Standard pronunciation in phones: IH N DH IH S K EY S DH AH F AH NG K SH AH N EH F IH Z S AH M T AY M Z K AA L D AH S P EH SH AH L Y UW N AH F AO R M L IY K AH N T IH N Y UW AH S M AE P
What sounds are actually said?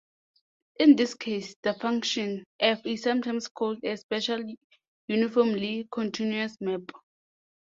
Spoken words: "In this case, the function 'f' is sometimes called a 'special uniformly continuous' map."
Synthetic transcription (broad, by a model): IH N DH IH S K EY S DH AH F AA NG K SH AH N EH F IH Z S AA M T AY M S K AA L D AH S P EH SH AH L Y UW N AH F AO M L IY K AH N T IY N Y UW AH S M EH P